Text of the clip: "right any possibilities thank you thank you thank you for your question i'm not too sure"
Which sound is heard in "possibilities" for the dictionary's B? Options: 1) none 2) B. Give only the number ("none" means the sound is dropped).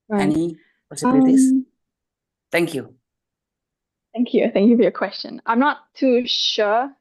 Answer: 1